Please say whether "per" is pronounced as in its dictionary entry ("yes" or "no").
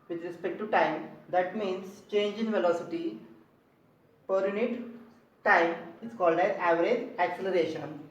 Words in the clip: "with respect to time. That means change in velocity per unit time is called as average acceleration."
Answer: yes